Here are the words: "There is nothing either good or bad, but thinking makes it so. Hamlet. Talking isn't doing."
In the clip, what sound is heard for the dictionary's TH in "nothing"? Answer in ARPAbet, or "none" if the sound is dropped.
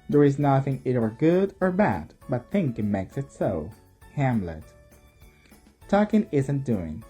TH